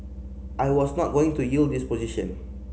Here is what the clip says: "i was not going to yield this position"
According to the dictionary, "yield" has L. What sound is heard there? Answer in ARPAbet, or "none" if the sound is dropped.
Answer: L